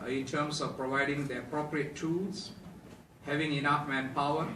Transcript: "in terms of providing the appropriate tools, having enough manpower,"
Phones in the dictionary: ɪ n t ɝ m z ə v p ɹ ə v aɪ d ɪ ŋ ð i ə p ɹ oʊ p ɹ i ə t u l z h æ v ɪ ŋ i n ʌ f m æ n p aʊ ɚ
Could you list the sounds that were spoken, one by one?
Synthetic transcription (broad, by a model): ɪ n t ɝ m s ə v p ɹ ə v aɪ d ɪ ŋ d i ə p ɹ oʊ p ɹ i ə t u l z h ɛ v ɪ ŋ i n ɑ f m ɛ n p aʊ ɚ